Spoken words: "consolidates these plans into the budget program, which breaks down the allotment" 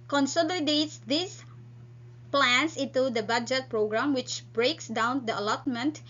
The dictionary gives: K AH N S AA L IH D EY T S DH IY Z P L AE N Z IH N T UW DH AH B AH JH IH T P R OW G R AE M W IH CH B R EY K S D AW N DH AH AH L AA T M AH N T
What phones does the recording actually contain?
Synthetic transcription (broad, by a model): K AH N S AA L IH D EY T S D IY S P L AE N S IH N T UW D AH B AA JH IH T P R OW G R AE M W IH CH B R EY K S D AW N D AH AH L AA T M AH N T